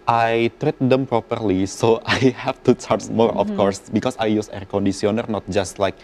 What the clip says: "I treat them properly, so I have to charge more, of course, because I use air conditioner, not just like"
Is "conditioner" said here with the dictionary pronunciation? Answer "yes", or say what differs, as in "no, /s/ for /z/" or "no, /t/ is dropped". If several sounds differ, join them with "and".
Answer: no, /s/ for /ʃ/